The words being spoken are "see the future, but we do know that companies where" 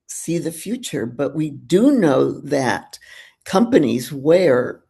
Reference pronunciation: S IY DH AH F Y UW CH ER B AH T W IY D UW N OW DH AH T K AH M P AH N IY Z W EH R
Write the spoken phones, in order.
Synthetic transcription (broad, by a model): S IY DH AH F Y UW CH ER B AH T W IY D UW N OW DH AH T K AH M P AH N IY Z W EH R